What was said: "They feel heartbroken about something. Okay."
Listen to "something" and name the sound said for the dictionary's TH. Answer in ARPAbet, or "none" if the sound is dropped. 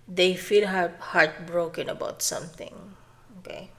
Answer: T